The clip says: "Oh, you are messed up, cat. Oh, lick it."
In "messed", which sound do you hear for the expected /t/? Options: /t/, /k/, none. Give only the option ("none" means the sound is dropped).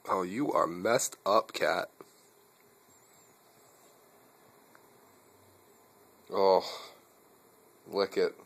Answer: /t/